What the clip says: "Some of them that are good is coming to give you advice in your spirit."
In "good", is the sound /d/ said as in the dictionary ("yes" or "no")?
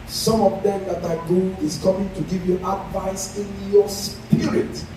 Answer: no